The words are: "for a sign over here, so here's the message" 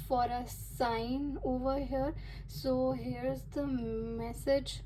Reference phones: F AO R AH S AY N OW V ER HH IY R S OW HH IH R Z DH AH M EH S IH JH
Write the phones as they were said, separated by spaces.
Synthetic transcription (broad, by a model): F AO R AH S AY N OW V ER HH IY R S OW HH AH R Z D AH M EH S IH JH